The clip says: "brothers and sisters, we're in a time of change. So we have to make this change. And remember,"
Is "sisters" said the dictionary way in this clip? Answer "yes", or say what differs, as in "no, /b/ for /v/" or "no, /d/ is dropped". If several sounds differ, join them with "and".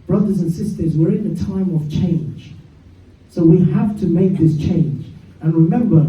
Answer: yes